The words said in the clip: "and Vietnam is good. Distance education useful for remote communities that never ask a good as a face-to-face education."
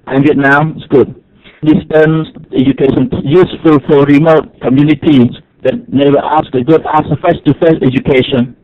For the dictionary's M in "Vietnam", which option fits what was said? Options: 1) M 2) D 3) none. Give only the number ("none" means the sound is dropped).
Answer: 3